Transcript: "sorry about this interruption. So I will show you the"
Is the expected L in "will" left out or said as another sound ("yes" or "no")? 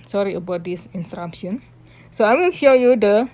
yes